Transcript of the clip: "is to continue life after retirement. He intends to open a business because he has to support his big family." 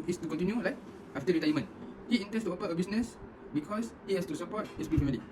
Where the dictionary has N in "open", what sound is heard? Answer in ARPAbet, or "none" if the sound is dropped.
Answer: none